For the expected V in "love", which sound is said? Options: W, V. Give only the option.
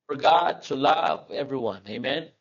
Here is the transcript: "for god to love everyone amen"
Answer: V